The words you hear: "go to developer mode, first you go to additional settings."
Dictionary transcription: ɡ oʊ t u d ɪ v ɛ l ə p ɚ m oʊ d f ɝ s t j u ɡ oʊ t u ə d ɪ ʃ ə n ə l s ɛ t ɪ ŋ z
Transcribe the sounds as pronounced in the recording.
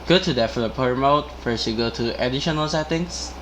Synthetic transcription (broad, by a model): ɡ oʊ t u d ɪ f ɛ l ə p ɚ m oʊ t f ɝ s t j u ɡ oʊ t u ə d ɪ ʃ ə n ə l s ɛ t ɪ ŋ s